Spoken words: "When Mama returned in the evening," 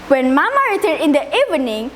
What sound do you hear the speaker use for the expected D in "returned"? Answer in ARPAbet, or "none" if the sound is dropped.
none